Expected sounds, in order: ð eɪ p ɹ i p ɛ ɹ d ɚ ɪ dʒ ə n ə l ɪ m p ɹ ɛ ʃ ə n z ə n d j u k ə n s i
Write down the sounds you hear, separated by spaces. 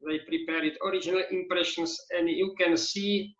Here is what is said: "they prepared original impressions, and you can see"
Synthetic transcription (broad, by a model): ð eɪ p ɹ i p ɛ ɹ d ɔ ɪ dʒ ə n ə l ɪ m p ɹ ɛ ʃ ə n s ə n d j u k ə n s i